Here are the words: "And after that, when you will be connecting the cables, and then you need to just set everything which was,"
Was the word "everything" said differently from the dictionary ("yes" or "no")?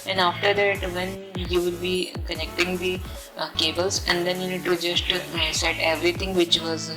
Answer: yes